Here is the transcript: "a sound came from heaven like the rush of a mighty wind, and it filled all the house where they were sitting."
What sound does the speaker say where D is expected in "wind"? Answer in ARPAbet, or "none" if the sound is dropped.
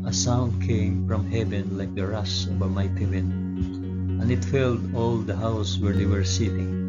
none